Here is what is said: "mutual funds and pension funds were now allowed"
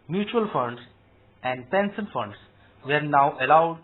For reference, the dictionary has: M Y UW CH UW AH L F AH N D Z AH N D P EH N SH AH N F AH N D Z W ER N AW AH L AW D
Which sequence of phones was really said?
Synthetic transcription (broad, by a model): M Y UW CH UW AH L F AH N D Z AH N D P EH N S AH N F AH N D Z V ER N AW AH L AW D